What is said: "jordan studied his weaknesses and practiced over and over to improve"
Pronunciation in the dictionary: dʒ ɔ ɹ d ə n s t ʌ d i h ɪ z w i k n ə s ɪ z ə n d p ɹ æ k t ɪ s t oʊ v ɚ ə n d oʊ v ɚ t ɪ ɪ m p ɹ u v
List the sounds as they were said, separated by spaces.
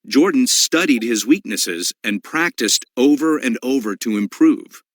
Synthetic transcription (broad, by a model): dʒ ɔ ɹ d n s t ʌ d i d ɪ z w i k n ə s ɪ z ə n p ɹ æ k t ɪ s t oʊ v ɚ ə n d oʊ v ɚ t ɪ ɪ m p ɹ u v